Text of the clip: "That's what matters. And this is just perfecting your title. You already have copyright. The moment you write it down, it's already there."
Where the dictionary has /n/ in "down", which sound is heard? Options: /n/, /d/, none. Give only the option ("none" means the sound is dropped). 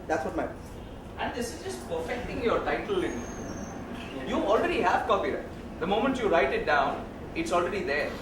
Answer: /n/